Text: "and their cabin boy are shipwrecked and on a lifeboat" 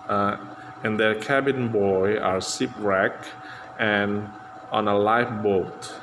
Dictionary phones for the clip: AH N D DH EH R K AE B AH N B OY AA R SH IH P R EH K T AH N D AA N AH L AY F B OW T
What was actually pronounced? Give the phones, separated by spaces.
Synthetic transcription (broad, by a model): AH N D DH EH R K AE B AH N B OY AA R S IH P R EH K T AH N AA N AH L AY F B OW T